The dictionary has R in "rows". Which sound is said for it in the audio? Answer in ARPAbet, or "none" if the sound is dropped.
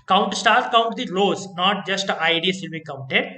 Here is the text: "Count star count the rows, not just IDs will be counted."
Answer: L